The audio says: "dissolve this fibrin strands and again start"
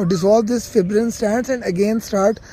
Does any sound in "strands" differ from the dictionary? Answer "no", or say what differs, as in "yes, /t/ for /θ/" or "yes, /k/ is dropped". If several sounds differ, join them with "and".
yes, /ɹ/ is dropped